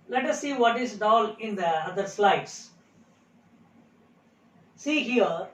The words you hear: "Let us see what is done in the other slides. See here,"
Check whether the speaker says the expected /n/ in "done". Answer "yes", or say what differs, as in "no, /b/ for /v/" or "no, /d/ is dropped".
no, /l/ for /n/